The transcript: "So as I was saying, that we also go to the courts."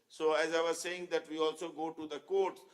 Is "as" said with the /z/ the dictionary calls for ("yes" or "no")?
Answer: yes